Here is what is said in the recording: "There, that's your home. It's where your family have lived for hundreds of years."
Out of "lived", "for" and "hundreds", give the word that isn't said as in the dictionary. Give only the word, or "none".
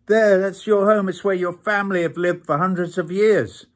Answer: none